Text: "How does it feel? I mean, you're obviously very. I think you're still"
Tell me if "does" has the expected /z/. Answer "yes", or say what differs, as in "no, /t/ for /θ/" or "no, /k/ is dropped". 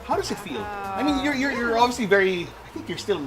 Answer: yes